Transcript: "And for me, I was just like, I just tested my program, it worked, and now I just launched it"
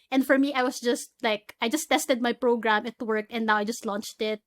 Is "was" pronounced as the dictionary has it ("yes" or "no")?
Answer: no